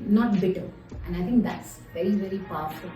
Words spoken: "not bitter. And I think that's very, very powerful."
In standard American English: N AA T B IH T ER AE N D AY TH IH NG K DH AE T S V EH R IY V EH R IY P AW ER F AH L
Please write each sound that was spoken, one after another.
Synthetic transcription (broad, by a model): N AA T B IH T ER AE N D AY T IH NG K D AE T S V EH R IY V EH R IY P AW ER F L